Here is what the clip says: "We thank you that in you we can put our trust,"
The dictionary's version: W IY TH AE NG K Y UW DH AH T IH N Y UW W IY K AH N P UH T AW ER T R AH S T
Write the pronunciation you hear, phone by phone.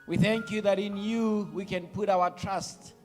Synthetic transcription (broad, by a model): W IY TH AE NG K Y UW DH AH T IH N Y UW W IY K AH N P UH T AW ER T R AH S T